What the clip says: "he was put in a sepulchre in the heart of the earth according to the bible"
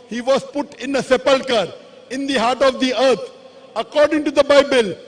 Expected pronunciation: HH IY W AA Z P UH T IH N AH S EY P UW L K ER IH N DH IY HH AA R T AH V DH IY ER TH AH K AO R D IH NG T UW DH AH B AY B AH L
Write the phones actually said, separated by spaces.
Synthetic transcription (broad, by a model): HH IY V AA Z P UH T IH N AH S EY P UW L K ER IH N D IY HH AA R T AH V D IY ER T AH K AO R D IH NG T UW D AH B AY B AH L